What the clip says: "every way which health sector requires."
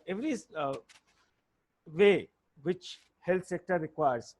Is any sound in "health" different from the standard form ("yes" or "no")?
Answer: yes